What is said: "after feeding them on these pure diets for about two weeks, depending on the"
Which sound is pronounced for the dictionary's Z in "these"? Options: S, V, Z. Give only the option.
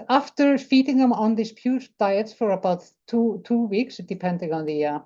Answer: S